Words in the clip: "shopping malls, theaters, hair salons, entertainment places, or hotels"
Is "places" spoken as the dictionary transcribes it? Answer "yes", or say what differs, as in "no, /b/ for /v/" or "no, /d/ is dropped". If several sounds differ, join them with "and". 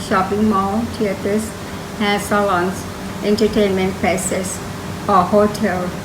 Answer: no, /s/ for /z/